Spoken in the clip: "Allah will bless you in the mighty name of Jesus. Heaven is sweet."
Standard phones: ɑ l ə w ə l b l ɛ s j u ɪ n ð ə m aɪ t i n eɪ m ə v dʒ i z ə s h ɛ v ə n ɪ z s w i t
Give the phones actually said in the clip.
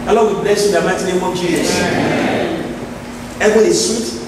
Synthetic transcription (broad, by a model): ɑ l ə w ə b l ɛ s j u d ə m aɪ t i n eɪ m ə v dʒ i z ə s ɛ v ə ɪ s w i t